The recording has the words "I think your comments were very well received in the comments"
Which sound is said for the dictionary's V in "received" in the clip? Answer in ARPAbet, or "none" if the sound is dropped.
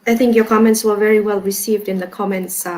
V